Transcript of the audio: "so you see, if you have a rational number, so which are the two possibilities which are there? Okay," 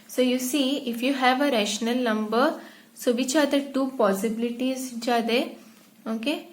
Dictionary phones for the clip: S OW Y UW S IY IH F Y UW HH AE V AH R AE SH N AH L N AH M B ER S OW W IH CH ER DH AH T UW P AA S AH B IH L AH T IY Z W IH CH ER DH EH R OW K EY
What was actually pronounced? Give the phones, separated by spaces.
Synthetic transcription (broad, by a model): S OW Y UW S IY IH F Y UW HH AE V AH R AE SH N AH L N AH M B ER S OW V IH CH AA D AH T UW P AA S AH B IH L AH T IY Z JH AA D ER OW K EY